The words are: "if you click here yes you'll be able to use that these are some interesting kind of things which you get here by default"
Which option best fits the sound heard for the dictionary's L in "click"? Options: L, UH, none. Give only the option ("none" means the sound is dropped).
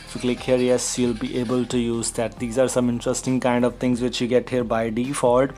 L